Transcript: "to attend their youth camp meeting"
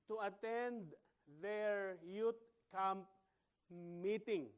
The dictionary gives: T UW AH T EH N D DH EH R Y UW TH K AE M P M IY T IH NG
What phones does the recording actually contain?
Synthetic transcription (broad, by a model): T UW AH T EH N D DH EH R Y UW T K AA M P M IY T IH NG